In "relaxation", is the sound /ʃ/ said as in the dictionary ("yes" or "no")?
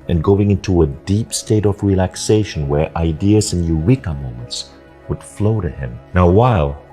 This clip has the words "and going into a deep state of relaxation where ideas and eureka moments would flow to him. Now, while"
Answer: yes